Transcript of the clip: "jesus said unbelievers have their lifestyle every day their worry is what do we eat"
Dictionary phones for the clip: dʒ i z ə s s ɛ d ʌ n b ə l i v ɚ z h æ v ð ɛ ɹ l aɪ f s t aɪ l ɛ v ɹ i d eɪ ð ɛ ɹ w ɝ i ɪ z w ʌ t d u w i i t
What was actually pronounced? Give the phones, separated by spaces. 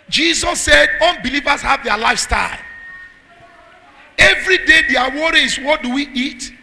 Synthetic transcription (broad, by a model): dʒ i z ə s s ɛ d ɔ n b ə l i v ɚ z h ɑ v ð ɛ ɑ l aɪ f s t aɪ l ɛ v ɹ i d eɪ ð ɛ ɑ w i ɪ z w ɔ t d u w i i t